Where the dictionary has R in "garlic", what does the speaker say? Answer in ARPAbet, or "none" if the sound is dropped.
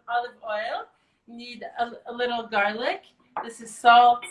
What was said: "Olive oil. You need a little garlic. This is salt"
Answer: R